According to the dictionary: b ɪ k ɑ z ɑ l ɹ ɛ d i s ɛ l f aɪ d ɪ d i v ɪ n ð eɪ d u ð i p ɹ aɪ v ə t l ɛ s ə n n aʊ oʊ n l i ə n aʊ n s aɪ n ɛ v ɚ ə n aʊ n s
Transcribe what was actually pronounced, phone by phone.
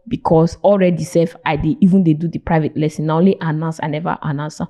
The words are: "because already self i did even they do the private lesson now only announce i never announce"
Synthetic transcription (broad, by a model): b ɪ k ɑ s ɑ l ɹ ɛ d i s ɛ f aɪ d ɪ i v ɪ n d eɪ d u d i p ɹ aɪ v ə t l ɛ s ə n n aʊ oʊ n l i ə n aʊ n s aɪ n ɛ v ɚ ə n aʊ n s